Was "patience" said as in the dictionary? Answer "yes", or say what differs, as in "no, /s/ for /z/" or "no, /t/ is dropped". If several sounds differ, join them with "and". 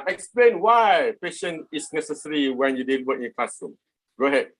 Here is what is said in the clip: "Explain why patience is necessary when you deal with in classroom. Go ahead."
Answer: no, /s/ is dropped